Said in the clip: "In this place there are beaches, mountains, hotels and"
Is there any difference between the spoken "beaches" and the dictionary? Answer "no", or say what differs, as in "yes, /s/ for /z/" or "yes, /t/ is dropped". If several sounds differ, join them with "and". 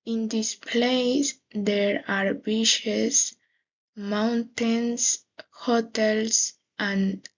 yes, /ʃ/ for /tʃ/